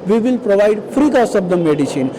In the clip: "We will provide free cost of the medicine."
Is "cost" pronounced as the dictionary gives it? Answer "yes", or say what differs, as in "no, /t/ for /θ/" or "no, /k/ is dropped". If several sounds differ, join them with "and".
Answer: no, /t/ is dropped